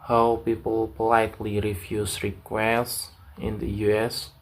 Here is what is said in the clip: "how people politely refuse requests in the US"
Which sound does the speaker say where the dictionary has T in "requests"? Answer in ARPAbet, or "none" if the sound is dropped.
S